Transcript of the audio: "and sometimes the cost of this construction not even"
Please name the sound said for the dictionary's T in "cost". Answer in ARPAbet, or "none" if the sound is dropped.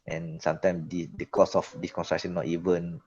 none